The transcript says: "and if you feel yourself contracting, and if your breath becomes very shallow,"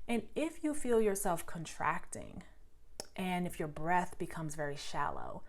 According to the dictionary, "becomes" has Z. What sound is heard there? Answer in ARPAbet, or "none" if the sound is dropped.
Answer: Z